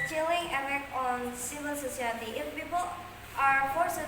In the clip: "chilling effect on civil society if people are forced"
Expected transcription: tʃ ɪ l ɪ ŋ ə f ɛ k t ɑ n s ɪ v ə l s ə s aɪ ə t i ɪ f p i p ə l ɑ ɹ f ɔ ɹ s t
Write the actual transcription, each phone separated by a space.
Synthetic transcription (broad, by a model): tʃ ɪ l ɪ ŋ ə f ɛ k ɑ n s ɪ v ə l s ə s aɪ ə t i ɪ f p i p ə l ɑ ɹ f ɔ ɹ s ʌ